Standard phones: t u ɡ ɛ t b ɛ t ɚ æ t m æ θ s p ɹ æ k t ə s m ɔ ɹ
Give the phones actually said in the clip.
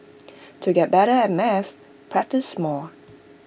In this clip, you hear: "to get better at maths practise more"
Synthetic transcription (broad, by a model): t u ɡ ɛ t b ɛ t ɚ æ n m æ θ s p ɹ æ k t ə s m ɔ l